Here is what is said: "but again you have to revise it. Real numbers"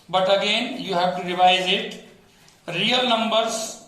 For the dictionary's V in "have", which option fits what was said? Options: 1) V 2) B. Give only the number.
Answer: 2